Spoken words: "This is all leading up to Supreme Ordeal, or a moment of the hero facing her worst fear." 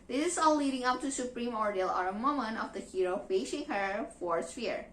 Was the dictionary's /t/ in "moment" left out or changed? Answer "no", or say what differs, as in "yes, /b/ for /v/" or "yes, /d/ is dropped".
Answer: yes, /t/ is dropped